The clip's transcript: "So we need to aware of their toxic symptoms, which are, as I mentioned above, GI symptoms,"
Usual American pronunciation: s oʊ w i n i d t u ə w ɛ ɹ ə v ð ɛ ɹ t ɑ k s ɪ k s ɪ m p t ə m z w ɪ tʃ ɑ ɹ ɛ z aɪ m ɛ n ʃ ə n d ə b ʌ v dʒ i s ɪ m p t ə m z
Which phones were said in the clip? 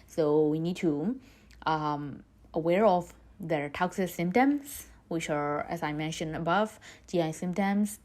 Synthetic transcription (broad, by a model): s oʊ w i n i d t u ə w ɛ ɹ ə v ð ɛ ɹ t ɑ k s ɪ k s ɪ m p t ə m s w ɪ tʃ ɑ ɹ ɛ s aɪ m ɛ n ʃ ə n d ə b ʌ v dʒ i s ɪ m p t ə m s